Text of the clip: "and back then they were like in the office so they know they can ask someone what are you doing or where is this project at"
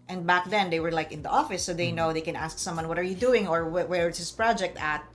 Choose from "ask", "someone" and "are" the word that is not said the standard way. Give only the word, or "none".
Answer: none